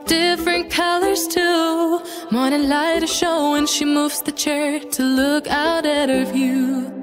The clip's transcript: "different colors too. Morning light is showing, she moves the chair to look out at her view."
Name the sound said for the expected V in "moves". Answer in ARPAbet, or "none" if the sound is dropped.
V